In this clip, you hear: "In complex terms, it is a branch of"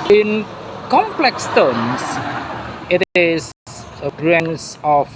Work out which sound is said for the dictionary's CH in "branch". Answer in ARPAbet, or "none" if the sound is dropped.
S